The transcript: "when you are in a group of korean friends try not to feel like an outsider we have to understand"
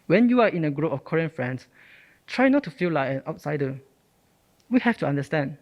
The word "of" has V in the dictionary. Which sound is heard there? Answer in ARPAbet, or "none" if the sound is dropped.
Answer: F